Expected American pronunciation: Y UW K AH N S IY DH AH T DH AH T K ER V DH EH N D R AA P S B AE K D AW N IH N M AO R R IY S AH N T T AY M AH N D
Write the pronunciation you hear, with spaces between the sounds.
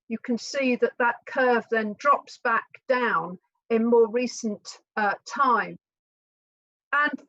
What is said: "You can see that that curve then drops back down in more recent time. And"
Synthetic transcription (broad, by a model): Y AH K AH N S IY DH AH T DH AH T K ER V DH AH N D R AA P S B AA K D AW N IH N M AO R R IY S AH N T T AY M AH N